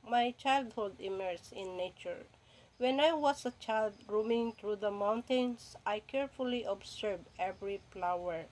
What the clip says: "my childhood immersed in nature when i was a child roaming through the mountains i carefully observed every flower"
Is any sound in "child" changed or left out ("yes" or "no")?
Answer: no